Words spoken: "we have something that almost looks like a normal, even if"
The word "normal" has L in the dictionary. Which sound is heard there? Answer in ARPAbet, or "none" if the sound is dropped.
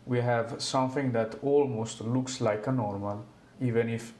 L